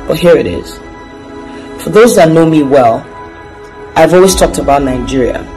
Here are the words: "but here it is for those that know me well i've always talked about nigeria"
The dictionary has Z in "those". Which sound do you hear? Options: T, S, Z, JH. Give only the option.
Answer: Z